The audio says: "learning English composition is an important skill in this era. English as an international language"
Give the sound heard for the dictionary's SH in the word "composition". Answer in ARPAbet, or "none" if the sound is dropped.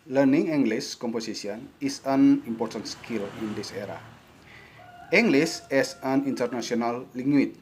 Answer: S